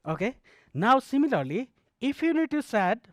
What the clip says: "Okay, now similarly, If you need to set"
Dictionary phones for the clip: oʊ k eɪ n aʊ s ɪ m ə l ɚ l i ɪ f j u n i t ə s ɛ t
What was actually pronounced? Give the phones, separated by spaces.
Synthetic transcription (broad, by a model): oʊ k eɪ n aʊ s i m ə l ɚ l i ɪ p j u n i t ə s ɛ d